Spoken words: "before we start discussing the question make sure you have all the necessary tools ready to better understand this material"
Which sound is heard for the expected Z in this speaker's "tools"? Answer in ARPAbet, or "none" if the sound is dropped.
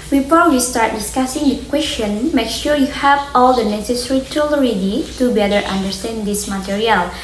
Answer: none